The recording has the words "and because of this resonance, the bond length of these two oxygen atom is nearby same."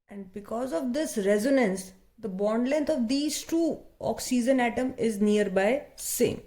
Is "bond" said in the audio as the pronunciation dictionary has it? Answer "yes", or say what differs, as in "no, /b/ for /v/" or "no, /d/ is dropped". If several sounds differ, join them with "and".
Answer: yes